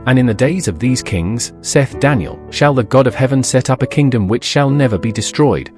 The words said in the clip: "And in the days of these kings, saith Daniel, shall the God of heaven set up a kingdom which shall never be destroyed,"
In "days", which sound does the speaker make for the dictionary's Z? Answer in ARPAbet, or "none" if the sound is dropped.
Z